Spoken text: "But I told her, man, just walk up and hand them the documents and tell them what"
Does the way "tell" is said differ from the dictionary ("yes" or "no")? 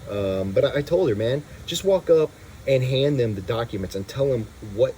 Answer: no